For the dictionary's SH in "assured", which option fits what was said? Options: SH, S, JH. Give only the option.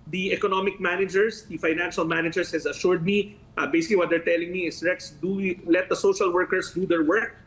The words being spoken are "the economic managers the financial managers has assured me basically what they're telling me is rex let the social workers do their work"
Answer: SH